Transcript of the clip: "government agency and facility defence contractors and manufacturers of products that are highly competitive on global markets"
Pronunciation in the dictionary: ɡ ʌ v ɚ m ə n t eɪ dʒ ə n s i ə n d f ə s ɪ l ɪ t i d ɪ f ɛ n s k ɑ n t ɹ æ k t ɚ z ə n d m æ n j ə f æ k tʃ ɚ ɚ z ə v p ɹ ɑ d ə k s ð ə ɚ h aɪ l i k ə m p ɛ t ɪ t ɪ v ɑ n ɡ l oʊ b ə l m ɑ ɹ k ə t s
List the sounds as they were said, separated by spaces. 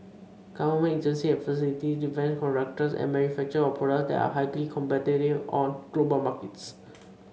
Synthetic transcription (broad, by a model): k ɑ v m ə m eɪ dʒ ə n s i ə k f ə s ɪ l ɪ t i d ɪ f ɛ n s k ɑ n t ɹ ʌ k t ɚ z ə n d m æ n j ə f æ k tʃ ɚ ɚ ə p ɑ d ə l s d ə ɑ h aɪ l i k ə m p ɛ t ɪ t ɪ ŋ ɑ n ɡ l oʊ b ə l m ɑ ɹ k ə t s